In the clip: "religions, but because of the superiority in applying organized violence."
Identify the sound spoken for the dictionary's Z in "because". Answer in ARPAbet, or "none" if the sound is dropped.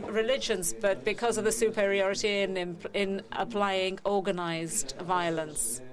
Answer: Z